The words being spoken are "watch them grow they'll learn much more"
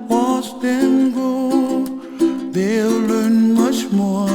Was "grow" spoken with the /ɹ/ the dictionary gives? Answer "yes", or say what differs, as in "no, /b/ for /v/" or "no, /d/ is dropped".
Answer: no, /ɹ/ is dropped